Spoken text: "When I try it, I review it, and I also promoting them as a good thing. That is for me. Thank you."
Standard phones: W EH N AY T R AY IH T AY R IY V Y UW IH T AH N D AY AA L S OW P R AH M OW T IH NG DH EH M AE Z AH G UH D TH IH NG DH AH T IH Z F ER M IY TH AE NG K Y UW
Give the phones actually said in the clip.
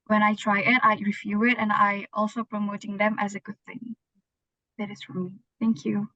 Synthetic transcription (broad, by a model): W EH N AY T R AY IH T AY R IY F Y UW IH T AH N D AY AA L S OW P R AH M OW T IH NG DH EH M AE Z AH G UH D TH IH NG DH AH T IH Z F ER M IY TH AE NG K Y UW